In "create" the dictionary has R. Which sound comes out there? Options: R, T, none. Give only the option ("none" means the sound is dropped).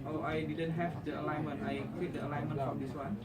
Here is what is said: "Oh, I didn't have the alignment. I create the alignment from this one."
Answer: none